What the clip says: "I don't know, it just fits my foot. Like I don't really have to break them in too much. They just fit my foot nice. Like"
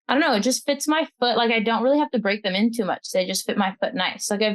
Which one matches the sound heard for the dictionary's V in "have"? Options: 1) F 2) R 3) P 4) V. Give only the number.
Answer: 1